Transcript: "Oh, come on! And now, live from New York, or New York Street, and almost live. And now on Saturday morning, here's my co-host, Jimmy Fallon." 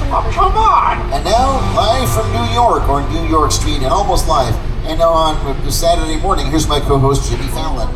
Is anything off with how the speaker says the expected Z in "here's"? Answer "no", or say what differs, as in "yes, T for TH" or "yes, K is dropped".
no